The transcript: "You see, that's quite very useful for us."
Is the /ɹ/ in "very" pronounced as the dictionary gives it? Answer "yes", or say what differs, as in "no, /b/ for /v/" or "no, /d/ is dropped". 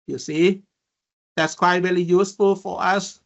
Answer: no, /l/ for /ɹ/